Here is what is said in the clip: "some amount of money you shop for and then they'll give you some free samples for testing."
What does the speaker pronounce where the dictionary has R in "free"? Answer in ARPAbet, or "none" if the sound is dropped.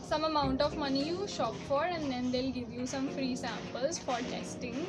R